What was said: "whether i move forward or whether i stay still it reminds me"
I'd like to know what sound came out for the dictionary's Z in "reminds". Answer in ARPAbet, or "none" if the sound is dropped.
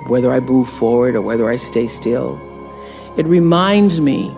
Z